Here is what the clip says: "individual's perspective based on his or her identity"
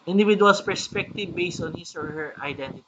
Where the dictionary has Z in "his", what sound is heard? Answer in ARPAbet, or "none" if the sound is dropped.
S